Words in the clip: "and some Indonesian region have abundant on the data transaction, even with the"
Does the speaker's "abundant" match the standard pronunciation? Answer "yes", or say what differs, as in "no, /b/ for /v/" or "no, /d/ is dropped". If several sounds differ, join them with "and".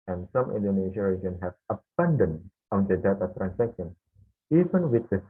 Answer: no, /t/ is dropped